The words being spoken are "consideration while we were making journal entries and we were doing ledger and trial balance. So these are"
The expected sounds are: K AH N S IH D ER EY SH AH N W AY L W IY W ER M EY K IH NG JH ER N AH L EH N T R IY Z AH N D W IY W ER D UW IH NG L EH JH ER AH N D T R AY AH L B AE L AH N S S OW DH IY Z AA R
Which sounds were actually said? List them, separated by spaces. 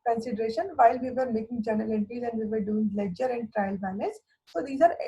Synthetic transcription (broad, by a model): K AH N S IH D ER EY SH AH N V AY L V IY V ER M EY K IH NG JH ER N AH L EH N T IY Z AH N D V IY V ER D UW IH NG L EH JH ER AH N D T R AY AH L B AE N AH S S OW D IY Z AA R